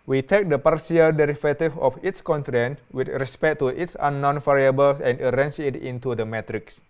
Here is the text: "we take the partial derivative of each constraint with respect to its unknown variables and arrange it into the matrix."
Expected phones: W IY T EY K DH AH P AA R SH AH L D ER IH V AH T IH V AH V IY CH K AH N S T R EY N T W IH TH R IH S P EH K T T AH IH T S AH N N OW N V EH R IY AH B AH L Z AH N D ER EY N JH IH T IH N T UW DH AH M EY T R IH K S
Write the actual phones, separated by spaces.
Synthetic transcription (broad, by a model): W IY T EY K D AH P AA R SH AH L D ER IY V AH T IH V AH F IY S K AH N T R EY N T W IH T R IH S P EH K T T AH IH T S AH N N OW N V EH R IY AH B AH L S AH N D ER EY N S IH T IH N T UW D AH M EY T R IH K S